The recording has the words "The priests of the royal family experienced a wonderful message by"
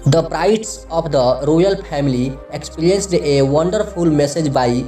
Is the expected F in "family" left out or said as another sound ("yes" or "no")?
yes